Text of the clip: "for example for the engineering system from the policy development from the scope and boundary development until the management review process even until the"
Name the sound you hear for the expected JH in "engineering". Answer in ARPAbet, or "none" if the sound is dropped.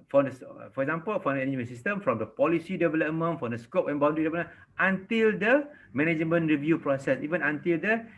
none